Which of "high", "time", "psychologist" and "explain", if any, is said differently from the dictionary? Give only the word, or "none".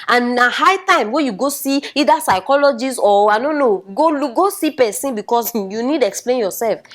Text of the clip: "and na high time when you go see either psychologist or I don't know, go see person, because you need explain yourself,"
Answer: psychologist